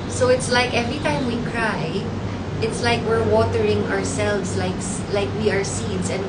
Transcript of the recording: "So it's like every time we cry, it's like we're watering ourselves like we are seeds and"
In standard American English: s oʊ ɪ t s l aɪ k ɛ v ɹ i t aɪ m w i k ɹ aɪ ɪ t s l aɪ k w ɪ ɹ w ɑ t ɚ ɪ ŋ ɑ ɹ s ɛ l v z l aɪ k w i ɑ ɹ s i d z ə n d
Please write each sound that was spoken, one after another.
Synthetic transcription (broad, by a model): s oʊ ɪ t s l aɪ k ɛ v ɹ i t aɪ m w i k ɹ aɪ ɪ t s l aɪ k w ɪ ɹ w ɑ t ɚ ɪ ŋ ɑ ɹ s ɛ l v s l aɪ k w i ɑ ɹ s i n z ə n